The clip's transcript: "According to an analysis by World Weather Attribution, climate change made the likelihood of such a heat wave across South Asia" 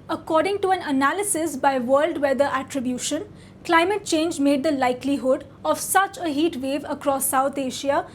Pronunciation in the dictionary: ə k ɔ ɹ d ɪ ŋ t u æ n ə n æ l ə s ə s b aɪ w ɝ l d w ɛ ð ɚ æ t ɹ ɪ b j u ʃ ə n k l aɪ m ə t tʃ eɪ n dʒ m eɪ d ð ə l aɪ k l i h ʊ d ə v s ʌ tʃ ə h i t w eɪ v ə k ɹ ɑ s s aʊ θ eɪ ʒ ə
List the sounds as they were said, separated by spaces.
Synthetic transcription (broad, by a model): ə k ɔ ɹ d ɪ ŋ t u æ n ə n æ l ə s ə s b aɪ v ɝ l d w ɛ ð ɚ æ t ɹ ɪ b j u ʃ ə n k l aɪ m ə t tʃ eɪ n dʒ m eɪ d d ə l aɪ k l i h ʊ d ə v s ʌ tʃ ə h i t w eɪ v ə k ɹ ɑ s s aʊ t eɪ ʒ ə